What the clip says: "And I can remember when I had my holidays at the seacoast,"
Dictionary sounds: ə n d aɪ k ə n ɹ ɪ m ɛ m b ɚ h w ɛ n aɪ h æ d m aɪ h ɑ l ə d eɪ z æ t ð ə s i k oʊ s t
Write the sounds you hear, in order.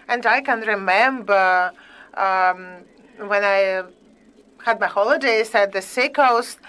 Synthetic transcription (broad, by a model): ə n d aɪ k ə n ɹ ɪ m ɛ m b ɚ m w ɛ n aɪ h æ d m aɪ h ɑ l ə d eɪ s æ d ð ə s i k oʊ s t